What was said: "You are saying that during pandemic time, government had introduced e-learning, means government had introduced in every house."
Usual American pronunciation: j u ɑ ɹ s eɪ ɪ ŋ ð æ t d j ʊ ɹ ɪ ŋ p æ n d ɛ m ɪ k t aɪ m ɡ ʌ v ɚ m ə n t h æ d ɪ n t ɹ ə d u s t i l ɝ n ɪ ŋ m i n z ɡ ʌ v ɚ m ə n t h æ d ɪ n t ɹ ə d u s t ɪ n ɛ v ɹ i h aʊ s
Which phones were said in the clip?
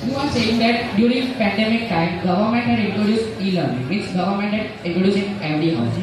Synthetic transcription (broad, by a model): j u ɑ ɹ s eɪ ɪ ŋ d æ t d j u ɹ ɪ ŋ p æ n d ɛ m ɪ k t aɪ m ɡ ʌ v ɚ m ə n t h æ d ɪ n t ɹ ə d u s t i l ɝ l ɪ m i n s ɡ ʌ v ɚ m ə n t h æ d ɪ n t ɹ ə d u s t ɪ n ɛ v ɹ i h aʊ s